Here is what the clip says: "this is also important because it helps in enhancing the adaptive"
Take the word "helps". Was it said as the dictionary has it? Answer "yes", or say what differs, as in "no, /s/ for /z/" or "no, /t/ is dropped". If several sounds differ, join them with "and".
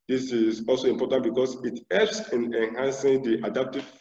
no, /l/ is dropped